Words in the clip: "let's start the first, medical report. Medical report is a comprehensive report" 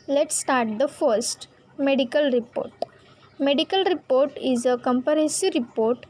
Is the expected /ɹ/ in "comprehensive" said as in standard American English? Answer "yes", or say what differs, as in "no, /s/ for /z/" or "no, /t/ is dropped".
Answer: no, /ɹ/ is dropped